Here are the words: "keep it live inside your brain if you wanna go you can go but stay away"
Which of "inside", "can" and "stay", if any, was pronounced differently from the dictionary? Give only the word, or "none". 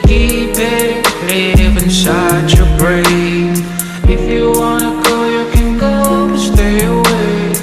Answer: inside